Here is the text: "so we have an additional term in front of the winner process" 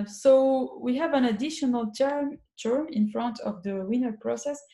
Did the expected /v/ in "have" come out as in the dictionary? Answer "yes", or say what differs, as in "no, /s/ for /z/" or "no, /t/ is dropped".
yes